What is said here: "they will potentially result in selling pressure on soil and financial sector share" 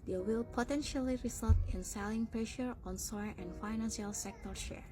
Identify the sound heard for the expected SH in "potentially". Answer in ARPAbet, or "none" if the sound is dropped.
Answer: SH